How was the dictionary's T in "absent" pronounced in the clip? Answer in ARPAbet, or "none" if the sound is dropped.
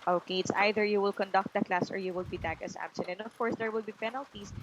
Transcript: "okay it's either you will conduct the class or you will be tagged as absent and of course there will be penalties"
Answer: none